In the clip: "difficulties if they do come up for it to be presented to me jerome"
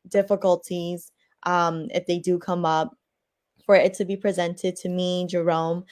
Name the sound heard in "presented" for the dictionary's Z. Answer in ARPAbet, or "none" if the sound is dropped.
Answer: Z